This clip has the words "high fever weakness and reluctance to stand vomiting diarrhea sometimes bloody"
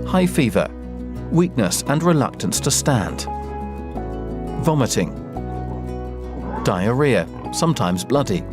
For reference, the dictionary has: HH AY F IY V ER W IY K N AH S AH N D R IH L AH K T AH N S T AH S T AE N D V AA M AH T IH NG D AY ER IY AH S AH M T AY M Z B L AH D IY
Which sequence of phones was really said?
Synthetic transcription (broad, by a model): HH AY F IY V ER W IY K N AH S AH N R IH L AH K T AH N S T AH S T AE N D V AA M AH T IH NG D AY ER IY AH S AH M T AY M Z B L AH D IY